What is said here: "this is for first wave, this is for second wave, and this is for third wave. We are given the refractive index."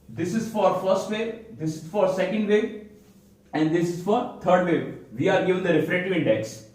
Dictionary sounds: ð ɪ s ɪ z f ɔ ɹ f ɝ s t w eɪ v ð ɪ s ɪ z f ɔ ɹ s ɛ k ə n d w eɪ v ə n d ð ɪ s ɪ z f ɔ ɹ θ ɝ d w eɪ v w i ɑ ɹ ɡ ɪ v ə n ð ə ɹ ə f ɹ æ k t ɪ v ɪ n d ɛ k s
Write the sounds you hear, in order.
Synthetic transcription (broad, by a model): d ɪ s ɪ z f ɔ ɹ f ɝ s t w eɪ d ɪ s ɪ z f ɔ ɹ s ɛ k ə n d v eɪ ə n d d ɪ s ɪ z f ɔ ɹ t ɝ d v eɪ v i ɑ ɹ ɡ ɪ v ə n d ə ɹ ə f ɹ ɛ t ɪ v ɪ n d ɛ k s